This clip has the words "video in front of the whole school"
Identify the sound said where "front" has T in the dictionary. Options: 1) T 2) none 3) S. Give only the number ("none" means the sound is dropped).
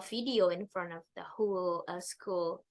1